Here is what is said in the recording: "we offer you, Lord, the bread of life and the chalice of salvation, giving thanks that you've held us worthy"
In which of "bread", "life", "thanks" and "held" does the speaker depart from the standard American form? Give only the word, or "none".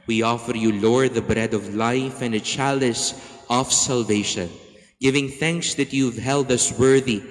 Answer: none